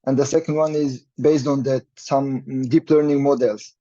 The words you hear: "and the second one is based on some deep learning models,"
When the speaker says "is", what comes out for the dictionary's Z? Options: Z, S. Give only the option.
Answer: Z